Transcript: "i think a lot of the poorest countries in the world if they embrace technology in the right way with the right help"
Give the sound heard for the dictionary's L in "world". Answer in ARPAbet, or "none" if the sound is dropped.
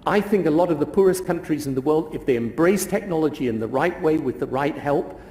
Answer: L